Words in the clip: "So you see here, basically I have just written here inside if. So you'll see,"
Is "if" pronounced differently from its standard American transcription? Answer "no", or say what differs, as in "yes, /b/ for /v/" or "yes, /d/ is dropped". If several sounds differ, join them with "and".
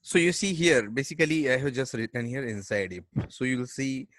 yes, /p/ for /f/